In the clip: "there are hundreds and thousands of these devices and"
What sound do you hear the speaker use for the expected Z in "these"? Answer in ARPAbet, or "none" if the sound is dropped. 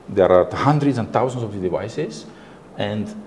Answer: none